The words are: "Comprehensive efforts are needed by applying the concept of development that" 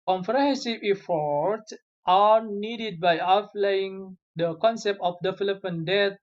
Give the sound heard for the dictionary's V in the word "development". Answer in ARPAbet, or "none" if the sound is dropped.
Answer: F